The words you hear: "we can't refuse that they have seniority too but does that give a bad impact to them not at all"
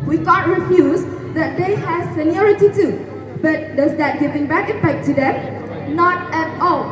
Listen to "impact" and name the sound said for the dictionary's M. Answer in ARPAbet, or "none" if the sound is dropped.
none